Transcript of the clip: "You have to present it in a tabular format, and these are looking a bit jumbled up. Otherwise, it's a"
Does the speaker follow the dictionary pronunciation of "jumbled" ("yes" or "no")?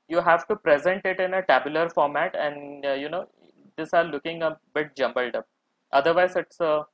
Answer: yes